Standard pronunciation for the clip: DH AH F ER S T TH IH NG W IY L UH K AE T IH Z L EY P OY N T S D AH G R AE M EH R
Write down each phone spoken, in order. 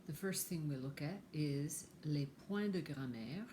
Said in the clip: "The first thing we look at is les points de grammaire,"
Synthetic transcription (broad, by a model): DH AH F ER S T TH IH NG W IY L UH K AE T IH Z L EY P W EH D AH G R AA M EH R